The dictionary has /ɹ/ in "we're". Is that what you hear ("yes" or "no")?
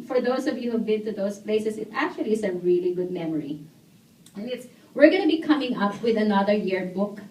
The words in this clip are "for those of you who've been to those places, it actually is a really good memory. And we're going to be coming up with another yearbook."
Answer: yes